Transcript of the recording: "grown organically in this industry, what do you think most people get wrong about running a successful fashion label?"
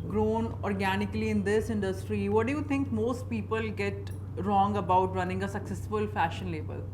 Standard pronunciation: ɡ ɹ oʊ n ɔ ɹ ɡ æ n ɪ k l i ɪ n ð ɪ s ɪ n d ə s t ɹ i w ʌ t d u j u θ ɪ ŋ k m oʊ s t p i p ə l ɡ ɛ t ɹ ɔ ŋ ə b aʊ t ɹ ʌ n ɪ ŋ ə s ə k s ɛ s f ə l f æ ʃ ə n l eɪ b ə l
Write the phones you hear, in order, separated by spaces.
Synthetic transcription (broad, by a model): ɡ ɹ oʊ n ɔ ɹ ɡ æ n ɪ k l i ɪ n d ɪ s ɪ n d ə s t ɹ i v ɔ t d u j u t ɪ ŋ k m oʊ s t p i p ə l ɡ ɛ t ɹ ɔ ŋ ə b aʊ t ɹ ʌ n ɪ ŋ ə s ə k s ɛ s f ə l f æ ʃ ə n l eɪ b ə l